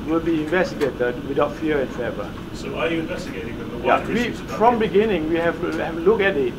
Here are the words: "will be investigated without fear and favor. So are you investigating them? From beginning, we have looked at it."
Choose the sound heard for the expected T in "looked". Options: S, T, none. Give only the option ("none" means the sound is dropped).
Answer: none